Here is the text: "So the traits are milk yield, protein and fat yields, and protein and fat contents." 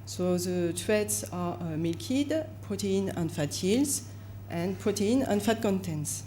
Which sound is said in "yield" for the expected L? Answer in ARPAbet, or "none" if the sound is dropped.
none